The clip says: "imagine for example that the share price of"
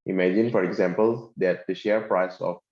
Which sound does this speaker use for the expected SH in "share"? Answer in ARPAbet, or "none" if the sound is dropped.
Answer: SH